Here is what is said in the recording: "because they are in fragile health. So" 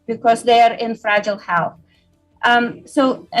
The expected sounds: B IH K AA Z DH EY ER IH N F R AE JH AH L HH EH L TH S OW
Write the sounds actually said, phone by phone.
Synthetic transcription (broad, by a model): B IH K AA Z DH EY ER IH N F R AE JH AH L HH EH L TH S OW